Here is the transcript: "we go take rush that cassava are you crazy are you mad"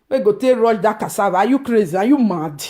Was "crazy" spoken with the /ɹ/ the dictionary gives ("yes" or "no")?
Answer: yes